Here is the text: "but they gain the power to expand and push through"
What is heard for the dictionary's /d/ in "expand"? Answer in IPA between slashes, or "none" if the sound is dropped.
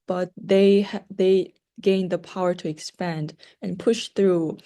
/d/